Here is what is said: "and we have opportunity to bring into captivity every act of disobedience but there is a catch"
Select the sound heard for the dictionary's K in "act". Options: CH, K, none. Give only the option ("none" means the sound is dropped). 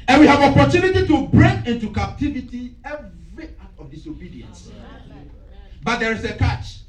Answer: none